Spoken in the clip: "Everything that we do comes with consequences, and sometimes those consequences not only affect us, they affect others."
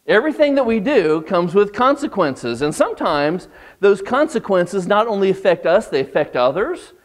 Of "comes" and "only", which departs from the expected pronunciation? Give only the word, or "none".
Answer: none